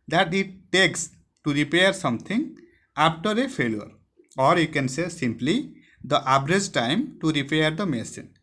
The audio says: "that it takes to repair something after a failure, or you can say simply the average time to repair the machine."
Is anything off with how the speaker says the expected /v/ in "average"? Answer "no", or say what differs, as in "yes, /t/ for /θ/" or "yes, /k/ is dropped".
yes, /b/ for /v/